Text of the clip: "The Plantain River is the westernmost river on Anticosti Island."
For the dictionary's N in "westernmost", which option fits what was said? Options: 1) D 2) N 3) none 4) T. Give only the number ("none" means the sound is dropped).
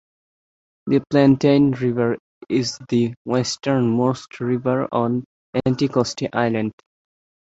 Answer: 2